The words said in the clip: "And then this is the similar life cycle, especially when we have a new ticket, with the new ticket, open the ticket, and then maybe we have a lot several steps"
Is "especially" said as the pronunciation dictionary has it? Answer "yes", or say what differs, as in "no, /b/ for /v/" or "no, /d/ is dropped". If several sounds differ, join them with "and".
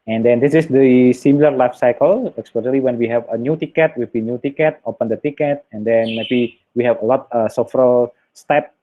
no, /s/ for /ʃ/